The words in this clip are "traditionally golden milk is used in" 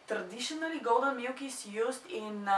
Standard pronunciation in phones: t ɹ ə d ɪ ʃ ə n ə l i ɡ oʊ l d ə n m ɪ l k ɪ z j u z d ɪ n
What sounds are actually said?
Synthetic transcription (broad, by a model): t ɹ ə d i ʃ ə n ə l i ɡ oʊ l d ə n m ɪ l k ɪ s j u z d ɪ n